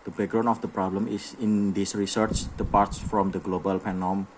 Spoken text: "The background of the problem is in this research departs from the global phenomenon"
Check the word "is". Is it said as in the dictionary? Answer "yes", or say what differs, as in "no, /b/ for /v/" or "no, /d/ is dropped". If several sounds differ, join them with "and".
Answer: no, /s/ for /z/